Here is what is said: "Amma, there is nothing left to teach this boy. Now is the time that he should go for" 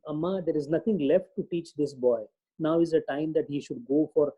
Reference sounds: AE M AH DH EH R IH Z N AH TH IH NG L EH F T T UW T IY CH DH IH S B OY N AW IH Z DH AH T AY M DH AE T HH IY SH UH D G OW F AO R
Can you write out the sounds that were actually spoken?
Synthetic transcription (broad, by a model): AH M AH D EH R IH Z N AH T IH NG L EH F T T UW T IY CH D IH S B OY N AW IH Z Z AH T AY M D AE T HH IY SH UH D G OW F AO R